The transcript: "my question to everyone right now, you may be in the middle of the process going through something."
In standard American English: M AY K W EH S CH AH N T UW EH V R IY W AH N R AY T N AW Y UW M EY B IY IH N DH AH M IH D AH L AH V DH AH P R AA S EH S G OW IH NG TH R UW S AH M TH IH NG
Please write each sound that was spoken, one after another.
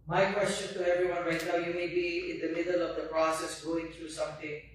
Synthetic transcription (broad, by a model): M AY K W EH S CH AH N T UW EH V R IY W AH N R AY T N AW Y UW M EY B IY IH N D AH M IH D AH L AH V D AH P R AA S EH S G OW IH NG T R UW S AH M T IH NG